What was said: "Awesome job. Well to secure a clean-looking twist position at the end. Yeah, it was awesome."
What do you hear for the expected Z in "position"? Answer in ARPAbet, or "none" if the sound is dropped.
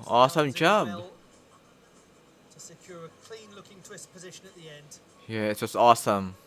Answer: Z